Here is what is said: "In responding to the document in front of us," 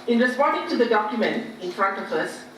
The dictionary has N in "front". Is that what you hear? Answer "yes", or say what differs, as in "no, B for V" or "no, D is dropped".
yes